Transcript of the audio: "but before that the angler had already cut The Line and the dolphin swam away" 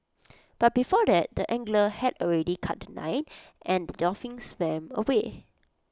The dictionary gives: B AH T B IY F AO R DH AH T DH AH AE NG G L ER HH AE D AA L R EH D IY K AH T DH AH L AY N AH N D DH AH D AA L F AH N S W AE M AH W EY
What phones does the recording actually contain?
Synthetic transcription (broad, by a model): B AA T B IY F AO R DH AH T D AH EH NG G L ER HH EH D AA L R EH D IY K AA T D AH N AY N AH N D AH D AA F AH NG S W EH M AH W EY